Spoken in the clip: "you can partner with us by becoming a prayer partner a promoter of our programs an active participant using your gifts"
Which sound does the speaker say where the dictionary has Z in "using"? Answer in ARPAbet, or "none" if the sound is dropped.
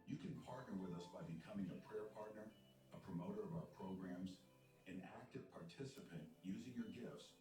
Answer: Z